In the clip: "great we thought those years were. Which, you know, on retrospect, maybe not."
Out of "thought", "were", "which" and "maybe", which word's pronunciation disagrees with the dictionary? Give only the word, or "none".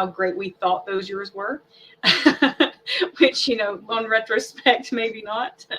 none